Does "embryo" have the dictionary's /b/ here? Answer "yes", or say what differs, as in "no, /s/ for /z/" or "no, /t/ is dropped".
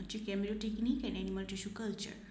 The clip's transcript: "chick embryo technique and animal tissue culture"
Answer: no, /b/ is dropped